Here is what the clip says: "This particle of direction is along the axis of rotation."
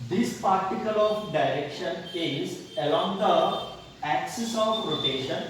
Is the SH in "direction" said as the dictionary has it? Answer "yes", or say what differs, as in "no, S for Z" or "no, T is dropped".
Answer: yes